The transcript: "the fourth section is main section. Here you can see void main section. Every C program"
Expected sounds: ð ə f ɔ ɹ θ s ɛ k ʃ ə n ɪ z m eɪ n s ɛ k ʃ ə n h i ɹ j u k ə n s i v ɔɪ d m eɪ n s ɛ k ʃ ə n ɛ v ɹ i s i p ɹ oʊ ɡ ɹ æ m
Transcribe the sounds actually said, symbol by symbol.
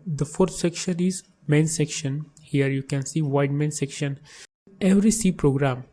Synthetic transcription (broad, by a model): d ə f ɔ ɹ t s ɛ k ʃ ə n ɪ z m eɪ n s ɛ k ʃ ə n h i ɹ j u k ə n s i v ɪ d m eɪ n s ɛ k ʃ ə n ɛ v ɹ i s i p ɹ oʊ ɡ ɹ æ m